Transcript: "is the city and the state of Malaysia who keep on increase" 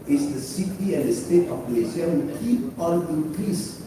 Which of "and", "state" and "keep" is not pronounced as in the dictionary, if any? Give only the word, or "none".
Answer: none